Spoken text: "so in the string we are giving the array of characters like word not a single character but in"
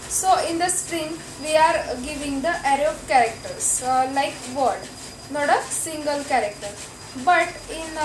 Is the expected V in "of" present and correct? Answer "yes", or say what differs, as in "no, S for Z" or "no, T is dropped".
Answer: no, B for V